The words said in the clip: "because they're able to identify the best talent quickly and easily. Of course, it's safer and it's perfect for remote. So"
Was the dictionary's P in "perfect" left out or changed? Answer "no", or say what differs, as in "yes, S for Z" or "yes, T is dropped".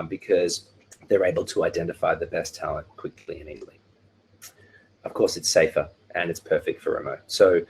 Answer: no